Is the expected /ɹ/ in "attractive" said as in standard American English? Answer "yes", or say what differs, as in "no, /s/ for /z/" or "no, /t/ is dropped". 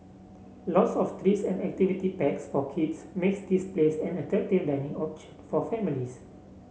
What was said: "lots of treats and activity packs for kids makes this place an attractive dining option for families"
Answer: no, /ɹ/ is dropped